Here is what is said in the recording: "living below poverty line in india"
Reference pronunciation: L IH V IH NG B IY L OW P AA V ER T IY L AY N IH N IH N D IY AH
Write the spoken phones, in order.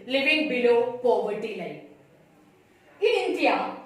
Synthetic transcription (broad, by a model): L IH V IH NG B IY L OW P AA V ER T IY L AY IH N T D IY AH